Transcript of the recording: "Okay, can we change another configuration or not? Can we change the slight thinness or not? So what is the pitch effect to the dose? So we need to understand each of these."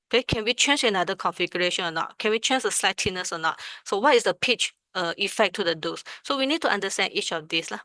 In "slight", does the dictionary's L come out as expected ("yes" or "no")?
yes